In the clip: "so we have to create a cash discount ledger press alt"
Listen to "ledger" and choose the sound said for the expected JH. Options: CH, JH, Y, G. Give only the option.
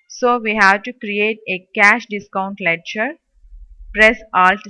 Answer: CH